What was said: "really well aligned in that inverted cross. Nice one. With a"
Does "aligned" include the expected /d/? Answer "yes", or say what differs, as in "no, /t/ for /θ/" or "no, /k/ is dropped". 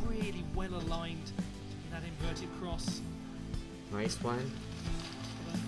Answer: yes